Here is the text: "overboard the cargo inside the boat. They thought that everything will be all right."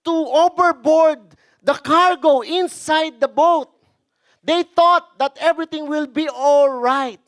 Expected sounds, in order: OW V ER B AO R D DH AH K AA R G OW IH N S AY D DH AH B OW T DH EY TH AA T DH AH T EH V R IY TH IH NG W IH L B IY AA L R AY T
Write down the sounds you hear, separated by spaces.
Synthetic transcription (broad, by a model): OW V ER B AO R D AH K AA R G OW IH N S AY D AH B OW T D EY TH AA T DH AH T EH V R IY T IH NG W IH L B IY AA L R AY T